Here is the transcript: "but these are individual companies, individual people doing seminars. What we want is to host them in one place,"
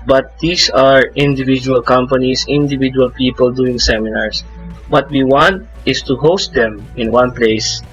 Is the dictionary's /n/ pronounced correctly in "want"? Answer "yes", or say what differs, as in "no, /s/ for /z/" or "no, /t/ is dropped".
yes